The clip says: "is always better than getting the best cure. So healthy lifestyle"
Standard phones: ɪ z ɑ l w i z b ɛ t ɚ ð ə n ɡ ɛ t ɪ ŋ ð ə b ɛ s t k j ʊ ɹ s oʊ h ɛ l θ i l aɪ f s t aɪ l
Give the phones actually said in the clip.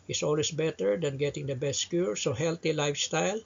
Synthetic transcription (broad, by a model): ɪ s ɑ l w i s b ɛ t ɚ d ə n ɡ ɛ t ɪ ŋ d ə b ɛ s t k j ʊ ɹ s oʊ h ɛ l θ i l aɪ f s t aɪ l